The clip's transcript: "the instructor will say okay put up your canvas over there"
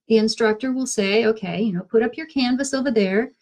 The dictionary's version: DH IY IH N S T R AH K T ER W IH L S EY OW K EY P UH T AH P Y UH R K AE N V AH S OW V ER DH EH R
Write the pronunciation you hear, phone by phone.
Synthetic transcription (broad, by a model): DH IY IH N S T R AH K T ER W IH L S EY OW K EY P UH T AH P Y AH R K AE N V AH S OW V ER DH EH R